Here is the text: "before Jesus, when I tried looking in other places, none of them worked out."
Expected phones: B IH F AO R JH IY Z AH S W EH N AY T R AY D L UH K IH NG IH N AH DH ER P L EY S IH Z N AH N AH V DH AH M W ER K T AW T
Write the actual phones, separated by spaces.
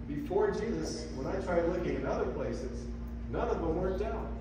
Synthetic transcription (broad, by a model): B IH F AO R JH IY Z AH S W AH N AY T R AY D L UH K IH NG IH N AH DH ER P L EY S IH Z N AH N AH V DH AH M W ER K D AW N